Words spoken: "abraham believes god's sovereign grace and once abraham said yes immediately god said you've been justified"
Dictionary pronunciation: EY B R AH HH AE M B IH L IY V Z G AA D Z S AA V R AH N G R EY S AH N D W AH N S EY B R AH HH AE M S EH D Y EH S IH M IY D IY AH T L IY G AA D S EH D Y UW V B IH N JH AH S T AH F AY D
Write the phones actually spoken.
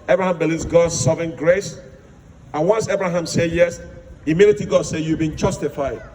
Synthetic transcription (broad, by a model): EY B R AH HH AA M B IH L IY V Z G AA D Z S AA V AH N G R EY S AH N W AH N S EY B R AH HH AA M S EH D Y EH S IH M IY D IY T IY G AA D S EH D Y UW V B IH N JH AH S T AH F AY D